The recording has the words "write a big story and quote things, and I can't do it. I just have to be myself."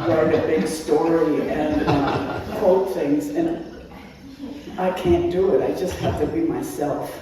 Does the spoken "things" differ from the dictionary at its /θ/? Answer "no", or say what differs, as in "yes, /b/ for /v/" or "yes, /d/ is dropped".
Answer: no